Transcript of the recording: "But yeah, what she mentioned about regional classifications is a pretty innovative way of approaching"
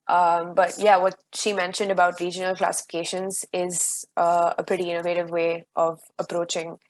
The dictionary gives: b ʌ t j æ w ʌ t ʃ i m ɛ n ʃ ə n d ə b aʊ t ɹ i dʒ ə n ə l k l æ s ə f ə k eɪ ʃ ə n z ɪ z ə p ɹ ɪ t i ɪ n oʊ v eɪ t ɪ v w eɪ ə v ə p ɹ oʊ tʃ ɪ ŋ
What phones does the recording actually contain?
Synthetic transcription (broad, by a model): b ʌ t j æ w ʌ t ʃ i m ɛ n ʃ ə n d ə b aʊ t ɹ i dʒ ə n ə l k l æ s ə f ə k eɪ ʃ ə n z ɪ z ə p ɹ ɪ t i ɪ n oʊ v eɪ t ɪ v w eɪ ə v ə p ɹ oʊ tʃ ɪ ŋ